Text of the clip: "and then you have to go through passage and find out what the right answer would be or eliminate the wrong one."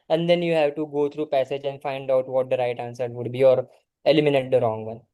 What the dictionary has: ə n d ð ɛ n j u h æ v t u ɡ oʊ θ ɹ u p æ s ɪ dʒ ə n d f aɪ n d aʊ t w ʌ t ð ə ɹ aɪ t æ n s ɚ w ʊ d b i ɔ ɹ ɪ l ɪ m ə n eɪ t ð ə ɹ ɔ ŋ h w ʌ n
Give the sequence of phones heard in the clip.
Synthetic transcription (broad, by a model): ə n d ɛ n j u h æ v t u ɡ oʊ t ɹ u p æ s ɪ dʒ ə n d f aɪ n d aʊ t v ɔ t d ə ɹ aɪ t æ n s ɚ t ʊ d b i ɔ ɹ ɪ l ɪ m ə n eɪ t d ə ɹ ɔ ŋ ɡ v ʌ n